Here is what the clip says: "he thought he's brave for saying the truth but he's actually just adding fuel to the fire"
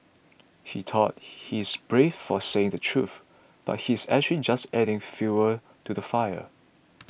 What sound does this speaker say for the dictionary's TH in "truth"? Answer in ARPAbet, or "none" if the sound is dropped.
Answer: TH